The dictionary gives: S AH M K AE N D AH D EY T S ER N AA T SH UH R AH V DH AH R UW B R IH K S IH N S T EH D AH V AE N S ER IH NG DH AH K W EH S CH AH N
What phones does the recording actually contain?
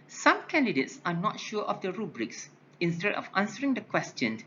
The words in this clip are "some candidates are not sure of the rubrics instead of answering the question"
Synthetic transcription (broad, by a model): S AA M K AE N D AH D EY T S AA N AA T SH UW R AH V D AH R UW B R IH K S IH N S T EH D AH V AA N S ER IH NG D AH K W EH S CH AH N